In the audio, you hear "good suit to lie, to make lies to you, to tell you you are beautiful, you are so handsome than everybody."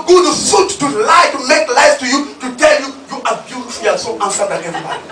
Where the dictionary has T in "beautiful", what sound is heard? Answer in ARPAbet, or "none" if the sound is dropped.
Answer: S